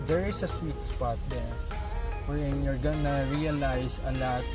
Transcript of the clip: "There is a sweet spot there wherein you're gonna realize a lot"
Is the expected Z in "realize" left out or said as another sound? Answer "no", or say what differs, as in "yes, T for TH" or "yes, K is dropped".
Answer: yes, S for Z